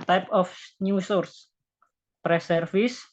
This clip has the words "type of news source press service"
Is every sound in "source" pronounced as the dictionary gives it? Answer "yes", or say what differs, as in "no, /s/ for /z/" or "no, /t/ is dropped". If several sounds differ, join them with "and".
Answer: yes